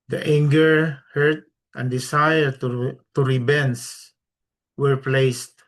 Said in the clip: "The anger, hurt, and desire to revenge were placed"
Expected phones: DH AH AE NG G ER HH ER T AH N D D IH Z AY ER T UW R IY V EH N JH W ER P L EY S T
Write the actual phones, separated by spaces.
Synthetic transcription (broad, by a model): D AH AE NG G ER HH ER T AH N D D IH S AY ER T UW R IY B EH N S W ER P L EY S T